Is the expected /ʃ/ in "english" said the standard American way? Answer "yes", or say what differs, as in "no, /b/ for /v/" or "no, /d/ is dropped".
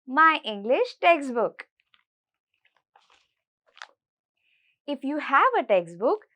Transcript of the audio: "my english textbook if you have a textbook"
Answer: yes